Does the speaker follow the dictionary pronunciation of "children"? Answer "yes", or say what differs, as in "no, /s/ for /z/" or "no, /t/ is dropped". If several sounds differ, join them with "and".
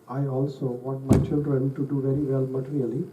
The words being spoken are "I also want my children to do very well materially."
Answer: no, /l/ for /n/